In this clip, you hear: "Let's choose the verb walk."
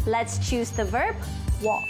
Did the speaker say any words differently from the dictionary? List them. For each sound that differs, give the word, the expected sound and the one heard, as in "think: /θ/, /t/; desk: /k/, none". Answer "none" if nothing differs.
none